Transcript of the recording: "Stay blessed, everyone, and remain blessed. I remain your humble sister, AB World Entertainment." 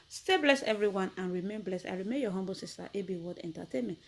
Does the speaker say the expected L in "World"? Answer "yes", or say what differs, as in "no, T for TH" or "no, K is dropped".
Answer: no, L is dropped